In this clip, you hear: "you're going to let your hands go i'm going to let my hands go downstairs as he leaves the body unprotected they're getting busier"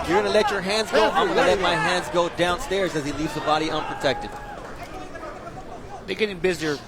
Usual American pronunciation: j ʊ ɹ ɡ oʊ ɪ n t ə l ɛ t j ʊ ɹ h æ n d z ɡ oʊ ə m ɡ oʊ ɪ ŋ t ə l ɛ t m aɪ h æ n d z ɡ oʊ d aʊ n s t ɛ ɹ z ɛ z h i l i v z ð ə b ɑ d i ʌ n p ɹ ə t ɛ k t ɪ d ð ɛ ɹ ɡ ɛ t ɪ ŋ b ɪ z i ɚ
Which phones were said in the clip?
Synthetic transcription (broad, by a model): j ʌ ɹ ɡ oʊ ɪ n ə l ɛ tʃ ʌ ɹ h æ n d z ɡ oʊ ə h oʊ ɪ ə l ɛ t m aɪ h æ n d z ɡ oʊ d aʊ n s t ɛ ɹ z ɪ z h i l i v z ð ə b ɑ d i ʌ n p ɹ ə t ɛ k t ɪ d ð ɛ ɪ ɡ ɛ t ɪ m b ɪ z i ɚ